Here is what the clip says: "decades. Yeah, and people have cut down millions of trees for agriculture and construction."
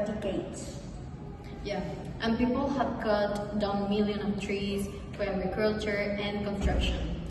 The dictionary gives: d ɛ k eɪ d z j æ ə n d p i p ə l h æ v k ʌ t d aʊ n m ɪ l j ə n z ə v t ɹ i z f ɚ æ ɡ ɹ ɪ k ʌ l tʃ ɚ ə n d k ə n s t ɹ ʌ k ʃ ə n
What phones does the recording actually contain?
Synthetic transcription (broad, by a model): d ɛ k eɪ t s j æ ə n p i p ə l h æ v k ʌ t d aʊ n m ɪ l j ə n ə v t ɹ i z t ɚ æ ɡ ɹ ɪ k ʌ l tʃ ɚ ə n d k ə n s t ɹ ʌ k ʃ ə n